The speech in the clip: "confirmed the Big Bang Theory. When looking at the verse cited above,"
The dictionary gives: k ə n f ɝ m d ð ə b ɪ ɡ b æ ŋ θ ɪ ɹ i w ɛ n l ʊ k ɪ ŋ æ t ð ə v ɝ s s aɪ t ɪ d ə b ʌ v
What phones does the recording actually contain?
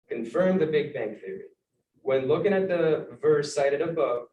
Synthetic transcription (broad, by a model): k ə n f ɝ m ð ə b ɪ ɡ b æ ŋ θ ɪ ɹ i w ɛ n l ʊ k ɪ ŋ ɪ t ð ə v ɝ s s aɪ t ɪ d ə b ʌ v